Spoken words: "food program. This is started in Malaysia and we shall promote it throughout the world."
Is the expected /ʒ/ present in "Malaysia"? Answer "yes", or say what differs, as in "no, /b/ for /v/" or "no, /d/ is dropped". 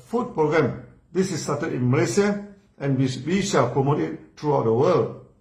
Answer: no, /s/ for /ʒ/